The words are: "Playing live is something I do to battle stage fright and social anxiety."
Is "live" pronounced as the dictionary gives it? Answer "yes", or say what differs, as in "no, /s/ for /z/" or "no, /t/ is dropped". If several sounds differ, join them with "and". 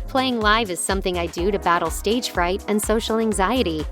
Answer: yes